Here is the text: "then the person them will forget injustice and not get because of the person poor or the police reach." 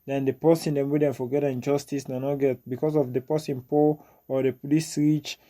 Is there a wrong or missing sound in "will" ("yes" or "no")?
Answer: yes